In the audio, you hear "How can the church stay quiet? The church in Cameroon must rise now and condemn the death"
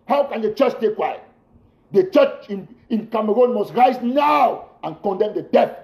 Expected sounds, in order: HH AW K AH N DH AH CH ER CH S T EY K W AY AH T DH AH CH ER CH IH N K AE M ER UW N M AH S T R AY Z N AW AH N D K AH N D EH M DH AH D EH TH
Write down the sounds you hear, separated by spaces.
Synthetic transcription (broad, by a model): HH AW K AH N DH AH CH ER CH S T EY K W AY AH T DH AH CH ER CH IH N K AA M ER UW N M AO S T R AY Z N AW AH N K AH N D EH M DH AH D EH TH